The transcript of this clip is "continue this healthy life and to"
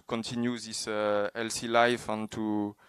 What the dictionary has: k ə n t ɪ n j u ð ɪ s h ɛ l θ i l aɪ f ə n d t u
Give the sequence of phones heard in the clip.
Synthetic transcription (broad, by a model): k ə n t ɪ n j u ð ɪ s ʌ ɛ l s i l aɪ f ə n t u